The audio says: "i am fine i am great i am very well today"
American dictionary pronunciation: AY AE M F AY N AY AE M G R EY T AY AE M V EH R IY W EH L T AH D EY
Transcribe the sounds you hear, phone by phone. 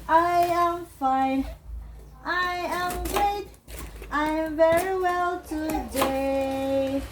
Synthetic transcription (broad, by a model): AY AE M F AY N AY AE M G R EY T AY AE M V EH R IY W EH L T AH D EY